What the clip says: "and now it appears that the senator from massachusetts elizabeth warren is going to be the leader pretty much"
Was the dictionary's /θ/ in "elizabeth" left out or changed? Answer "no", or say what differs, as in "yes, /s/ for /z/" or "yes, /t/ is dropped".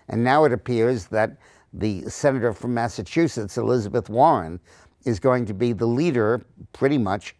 no